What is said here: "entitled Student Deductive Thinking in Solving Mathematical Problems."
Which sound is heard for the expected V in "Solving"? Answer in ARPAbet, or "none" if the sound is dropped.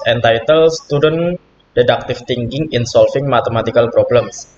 F